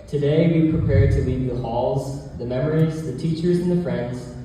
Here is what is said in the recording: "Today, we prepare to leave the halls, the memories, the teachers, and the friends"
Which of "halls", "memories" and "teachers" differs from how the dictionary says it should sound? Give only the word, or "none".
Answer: none